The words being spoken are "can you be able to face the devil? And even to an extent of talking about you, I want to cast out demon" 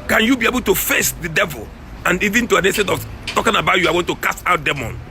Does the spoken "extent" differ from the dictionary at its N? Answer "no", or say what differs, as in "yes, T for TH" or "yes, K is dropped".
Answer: yes, N is dropped